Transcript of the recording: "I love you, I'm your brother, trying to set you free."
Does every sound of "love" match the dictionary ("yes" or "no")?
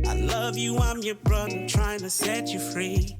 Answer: yes